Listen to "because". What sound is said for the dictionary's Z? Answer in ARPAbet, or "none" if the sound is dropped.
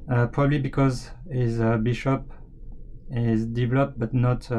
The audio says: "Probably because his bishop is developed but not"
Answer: Z